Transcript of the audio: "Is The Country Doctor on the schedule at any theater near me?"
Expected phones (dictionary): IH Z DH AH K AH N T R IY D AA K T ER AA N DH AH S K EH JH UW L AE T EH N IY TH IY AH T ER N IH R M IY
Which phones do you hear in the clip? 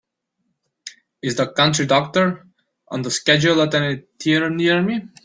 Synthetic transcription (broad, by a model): IH Z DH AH K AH N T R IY D AA K T ER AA N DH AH S K EH JH UW L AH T EH N IY T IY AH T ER N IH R M IY